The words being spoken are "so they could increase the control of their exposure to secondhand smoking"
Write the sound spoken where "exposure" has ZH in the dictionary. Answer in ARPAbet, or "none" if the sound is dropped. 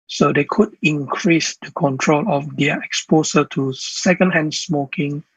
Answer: S